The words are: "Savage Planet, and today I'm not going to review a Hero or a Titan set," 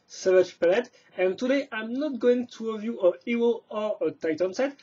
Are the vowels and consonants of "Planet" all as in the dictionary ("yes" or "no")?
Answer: no